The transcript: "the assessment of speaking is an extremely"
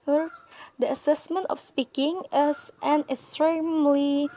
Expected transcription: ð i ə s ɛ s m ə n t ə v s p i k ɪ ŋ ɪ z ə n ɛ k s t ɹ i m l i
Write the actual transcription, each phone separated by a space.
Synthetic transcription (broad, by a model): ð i ə s ɛ s m ə n t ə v s p i k ɪ ŋ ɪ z ə n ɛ k s t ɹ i m l i